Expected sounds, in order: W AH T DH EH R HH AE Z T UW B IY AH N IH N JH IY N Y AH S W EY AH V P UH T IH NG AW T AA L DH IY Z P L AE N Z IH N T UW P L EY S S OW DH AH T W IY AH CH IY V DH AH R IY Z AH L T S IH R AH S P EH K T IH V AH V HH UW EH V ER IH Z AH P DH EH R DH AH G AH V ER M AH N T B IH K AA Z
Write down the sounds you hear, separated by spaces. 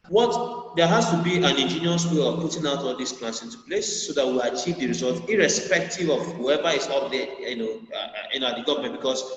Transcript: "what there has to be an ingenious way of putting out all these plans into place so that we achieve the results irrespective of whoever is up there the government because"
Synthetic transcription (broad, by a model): W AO T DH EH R HH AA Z T UW B IY AH N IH N JH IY N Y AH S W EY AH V P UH T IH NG AW T AA L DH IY S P L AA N S IH N T UW P L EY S S OW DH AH T W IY AH CH IY V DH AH R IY Z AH L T IH R AH S P EH K T IH V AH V HH UW EH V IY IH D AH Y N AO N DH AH G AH V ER M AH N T B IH K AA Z